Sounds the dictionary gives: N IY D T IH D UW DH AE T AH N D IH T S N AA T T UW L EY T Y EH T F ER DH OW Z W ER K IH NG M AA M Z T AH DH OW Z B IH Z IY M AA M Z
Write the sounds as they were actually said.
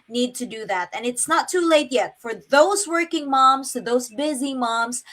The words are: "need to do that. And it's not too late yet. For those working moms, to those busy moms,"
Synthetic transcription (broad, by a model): N IY D T IH D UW DH AE T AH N IH T S N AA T T UW L EY T Y EH T F ER DH OW Z W ER K IH NG M AA M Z T AH DH OW Z B IH Z IY M AA M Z